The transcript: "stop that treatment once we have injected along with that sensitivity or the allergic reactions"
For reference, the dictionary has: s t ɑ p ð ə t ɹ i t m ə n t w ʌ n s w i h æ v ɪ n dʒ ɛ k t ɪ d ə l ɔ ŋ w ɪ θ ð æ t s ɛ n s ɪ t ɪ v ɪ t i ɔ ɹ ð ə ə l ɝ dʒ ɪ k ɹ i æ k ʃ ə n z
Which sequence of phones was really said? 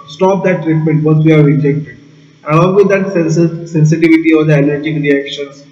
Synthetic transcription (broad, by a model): s t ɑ p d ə t ɹ i t m ə n t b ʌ s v i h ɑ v ɪ n dʒ ɛ k t ɪ d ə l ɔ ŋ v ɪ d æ t s ɛ n s ɪ t ɪ v ɪ t i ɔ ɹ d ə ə n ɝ dʒ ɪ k ɹ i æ k ʃ ə n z